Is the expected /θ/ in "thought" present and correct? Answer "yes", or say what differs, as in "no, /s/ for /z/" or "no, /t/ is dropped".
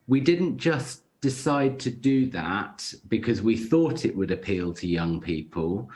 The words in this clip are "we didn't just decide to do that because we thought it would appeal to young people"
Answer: yes